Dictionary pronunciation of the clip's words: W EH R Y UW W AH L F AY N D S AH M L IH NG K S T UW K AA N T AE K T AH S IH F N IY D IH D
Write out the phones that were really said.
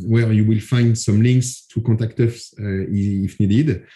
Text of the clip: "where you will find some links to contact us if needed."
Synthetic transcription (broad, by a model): W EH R Y UW W AH L F AY N D S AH M L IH NG K S T UW K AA T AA K T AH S IH F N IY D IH D